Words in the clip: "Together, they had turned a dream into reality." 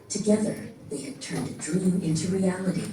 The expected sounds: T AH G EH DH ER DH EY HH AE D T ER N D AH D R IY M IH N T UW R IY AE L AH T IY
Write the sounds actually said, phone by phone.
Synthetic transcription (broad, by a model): T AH G EH DH ER DH EY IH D T ER N D AH D R IY M IH N T UW R IY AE L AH T IY